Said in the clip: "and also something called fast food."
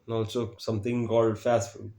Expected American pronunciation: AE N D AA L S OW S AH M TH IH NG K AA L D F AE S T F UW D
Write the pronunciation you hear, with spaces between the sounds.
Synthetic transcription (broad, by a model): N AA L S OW S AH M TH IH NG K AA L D F AE S T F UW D